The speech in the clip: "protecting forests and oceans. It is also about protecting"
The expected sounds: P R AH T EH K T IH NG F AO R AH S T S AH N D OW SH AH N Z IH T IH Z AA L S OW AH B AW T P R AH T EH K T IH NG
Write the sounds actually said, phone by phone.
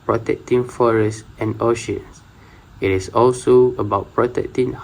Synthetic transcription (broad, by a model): P R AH T EH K T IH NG F AO R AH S S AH N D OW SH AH N S IH T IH S AA L S OW AH B AW T P R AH T EH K T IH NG